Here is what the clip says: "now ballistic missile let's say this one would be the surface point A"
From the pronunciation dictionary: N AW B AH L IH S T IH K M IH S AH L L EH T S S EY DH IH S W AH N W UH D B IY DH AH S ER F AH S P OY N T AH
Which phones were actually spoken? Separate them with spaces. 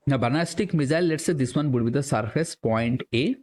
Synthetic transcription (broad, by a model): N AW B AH N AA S T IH K M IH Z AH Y L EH T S S EY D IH S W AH N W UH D B IY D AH S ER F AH S P OY N T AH